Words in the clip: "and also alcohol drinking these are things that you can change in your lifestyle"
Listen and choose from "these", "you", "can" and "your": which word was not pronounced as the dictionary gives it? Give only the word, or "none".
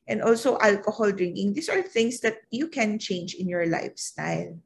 these